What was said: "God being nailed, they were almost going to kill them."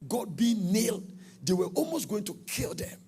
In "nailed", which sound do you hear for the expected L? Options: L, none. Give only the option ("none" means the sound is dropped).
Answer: L